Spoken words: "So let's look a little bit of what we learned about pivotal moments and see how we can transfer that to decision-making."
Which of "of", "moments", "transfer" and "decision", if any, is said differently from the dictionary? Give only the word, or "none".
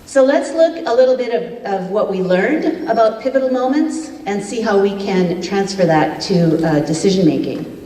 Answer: none